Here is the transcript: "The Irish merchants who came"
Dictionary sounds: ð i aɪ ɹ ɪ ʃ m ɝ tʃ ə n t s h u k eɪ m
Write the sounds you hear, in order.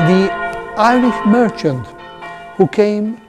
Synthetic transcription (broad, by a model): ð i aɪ l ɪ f m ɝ tʃ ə n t h u k eɪ m